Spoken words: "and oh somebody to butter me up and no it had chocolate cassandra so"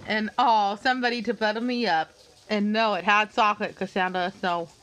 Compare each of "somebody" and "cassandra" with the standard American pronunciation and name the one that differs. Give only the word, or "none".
cassandra